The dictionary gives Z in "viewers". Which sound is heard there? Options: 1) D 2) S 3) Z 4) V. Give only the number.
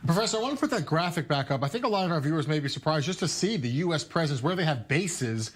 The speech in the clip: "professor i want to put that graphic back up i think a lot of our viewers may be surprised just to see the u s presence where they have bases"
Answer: 3